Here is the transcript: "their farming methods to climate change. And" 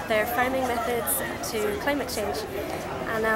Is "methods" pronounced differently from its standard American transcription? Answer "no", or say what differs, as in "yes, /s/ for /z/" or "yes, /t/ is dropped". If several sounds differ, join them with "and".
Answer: no